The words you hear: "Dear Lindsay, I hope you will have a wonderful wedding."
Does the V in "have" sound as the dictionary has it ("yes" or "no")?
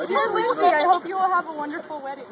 yes